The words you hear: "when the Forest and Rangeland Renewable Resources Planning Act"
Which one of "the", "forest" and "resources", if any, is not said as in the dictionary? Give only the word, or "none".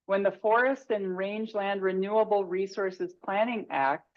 none